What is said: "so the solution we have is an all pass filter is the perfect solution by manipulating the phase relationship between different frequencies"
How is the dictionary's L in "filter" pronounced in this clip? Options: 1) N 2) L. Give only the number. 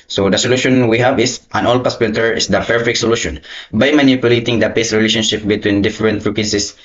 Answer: 1